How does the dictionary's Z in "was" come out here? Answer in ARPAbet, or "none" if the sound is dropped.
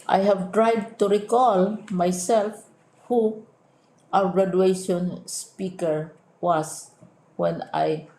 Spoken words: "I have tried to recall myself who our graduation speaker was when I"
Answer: S